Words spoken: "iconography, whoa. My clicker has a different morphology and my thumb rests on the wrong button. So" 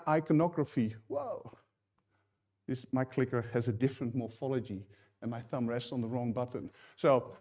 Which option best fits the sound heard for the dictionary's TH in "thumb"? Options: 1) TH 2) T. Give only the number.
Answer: 1